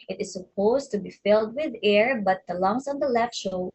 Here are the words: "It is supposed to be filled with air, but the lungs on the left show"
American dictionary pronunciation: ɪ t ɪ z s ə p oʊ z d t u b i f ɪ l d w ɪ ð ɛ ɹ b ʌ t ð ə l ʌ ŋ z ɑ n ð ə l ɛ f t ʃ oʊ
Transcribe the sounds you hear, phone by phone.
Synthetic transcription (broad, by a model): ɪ t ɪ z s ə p oʊ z t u b i f ɪ l d w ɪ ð ɛ ɹ b ʌ t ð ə l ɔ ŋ s ɑ n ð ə l ɛ f t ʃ oʊ